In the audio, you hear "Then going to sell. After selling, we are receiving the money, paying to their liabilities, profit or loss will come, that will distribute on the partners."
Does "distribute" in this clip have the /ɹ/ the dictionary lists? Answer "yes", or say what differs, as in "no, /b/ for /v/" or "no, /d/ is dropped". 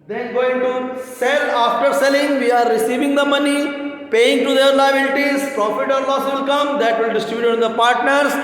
no, /ɹ/ is dropped